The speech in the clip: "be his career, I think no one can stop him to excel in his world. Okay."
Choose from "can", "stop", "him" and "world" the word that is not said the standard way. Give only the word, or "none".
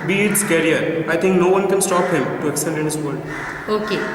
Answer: world